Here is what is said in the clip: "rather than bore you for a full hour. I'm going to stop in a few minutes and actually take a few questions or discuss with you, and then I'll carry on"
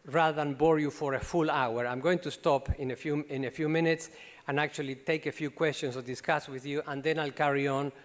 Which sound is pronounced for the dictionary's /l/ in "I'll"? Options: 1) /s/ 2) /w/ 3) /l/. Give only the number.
3